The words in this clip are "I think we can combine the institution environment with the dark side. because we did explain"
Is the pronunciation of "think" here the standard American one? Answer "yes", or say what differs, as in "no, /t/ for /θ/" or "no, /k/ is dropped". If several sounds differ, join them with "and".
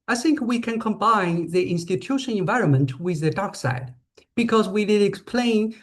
yes